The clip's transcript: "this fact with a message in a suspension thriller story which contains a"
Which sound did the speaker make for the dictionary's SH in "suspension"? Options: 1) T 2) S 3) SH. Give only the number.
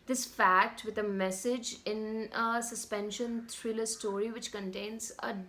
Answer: 3